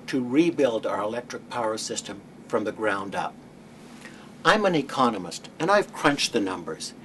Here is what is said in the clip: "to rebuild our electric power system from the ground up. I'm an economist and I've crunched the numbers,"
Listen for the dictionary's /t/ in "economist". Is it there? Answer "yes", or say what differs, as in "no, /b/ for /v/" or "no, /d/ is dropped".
yes